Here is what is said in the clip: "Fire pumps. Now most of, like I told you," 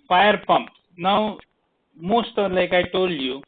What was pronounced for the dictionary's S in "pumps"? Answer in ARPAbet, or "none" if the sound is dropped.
none